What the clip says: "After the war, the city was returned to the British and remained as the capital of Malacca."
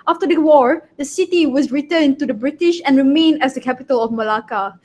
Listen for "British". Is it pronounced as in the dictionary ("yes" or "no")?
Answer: yes